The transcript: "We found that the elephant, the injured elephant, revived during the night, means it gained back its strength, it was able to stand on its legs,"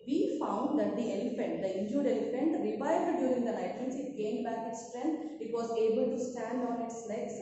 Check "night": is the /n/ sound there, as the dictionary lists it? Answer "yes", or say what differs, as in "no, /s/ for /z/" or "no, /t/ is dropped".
no, /l/ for /n/